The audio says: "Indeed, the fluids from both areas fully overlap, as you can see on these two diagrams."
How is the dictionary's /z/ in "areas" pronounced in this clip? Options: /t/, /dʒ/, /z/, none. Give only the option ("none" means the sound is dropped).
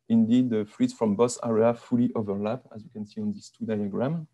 none